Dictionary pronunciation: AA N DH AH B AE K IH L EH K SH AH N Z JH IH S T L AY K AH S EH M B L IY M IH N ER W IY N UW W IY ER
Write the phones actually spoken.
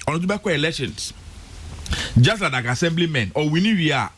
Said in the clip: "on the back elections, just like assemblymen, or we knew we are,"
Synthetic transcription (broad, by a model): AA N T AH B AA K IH L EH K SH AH N S JH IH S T L AY K AH S EH M B L IY M IH N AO W IY N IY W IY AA